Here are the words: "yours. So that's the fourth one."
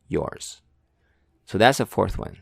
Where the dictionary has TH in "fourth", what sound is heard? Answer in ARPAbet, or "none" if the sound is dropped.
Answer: TH